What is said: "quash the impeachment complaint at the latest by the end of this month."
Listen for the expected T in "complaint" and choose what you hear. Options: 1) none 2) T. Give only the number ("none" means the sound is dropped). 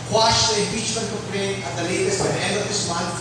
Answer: 1